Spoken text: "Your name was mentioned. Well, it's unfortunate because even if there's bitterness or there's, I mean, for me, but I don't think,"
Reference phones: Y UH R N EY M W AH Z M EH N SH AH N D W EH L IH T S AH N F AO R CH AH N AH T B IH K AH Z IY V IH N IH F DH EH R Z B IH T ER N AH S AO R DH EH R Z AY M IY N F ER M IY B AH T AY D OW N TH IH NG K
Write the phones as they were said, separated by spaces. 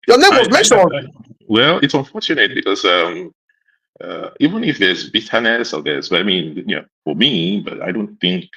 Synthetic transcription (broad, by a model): Y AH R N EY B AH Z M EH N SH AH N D W EH L IH T S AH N F AO R CH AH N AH T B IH K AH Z IY V IH N IH F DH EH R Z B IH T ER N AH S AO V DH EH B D AY M IY N F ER M IY B AH T AY D OW N TH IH NG K